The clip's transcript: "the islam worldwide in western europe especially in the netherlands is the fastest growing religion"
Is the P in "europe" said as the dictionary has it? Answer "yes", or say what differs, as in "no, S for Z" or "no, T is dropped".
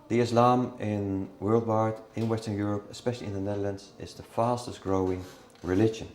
yes